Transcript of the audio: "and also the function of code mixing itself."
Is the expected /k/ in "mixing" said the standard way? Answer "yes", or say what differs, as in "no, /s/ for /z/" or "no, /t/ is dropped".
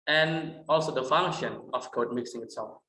yes